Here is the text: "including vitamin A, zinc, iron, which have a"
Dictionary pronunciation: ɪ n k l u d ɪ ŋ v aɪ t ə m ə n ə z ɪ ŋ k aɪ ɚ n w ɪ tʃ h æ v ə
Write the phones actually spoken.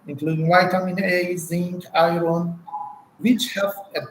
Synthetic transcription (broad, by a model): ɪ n k l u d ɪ ŋ w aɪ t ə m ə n ə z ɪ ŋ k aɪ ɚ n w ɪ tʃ h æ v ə